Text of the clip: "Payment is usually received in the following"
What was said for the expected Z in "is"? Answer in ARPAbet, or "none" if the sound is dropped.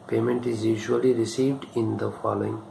Z